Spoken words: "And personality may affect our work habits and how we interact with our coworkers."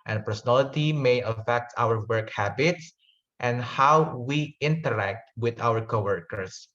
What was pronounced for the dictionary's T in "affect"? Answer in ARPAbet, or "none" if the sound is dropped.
T